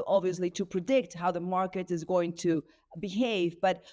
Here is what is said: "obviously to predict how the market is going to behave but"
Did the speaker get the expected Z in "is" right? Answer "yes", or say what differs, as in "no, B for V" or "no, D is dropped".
yes